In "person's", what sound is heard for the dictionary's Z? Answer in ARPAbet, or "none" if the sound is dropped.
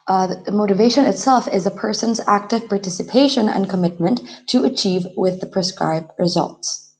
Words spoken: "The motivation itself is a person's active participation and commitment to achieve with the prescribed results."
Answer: Z